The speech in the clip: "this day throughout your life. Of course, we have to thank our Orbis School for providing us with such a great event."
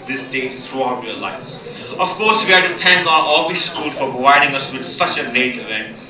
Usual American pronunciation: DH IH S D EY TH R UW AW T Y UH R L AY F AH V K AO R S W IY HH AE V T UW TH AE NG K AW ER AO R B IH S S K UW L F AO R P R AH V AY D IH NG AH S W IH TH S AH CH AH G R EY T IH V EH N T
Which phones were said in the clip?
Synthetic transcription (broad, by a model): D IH S D EY T R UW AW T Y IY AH L AY F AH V K AO R S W IY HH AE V T UW T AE NG K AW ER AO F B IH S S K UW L F AO R P R AH V AY D IH NG AH S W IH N S AH CH AH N EY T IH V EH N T